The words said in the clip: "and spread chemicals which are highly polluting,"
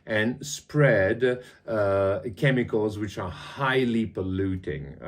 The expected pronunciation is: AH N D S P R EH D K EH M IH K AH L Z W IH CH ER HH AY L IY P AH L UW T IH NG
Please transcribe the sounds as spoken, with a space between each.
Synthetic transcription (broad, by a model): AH N S P R EH D K EH M IH K AH L Z W IH CH ER HH AY L IY P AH L UW T IH NG